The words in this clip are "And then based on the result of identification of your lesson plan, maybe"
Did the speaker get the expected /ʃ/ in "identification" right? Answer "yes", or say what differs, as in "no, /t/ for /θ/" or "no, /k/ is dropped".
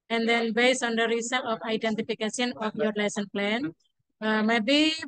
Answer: no, /s/ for /ʃ/